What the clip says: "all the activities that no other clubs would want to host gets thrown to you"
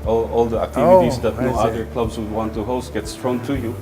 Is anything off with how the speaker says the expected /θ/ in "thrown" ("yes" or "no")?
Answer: yes